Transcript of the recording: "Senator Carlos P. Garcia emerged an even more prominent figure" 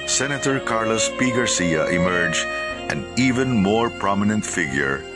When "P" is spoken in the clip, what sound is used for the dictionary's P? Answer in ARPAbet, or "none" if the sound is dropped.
P